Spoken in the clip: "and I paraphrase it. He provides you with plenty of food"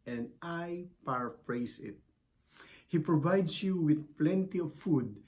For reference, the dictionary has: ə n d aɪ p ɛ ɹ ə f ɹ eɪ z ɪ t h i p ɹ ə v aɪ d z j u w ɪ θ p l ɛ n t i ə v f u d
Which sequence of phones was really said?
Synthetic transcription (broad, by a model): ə n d aɪ p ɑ ɹ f ɹ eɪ s ɪ t h i p ɹ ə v aɪ d s j u w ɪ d p l ɛ n t i ə v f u d